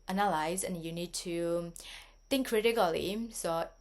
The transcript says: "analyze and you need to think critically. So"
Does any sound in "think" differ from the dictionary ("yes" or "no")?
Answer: yes